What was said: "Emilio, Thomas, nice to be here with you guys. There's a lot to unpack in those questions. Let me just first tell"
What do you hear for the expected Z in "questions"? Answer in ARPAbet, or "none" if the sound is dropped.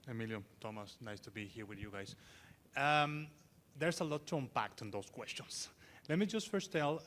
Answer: S